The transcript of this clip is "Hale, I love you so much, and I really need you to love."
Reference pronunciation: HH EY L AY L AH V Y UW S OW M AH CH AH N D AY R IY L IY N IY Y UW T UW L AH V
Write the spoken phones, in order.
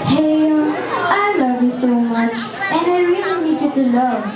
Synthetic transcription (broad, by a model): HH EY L AY L AH V Y UW S OW M AH CH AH N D AY R IY L IY N IY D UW T UW L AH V